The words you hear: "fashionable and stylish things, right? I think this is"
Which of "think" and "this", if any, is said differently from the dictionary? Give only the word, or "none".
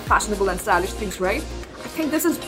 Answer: none